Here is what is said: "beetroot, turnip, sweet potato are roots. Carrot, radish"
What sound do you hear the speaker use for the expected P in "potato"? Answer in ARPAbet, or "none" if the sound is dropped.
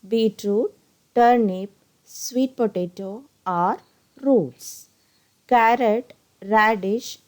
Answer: P